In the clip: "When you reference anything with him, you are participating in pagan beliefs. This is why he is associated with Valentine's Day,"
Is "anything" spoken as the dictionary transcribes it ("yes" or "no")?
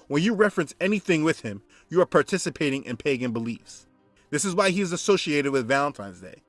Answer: yes